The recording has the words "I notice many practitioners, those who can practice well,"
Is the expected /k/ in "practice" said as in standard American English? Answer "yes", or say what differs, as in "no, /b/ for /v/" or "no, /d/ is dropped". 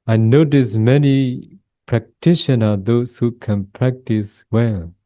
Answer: yes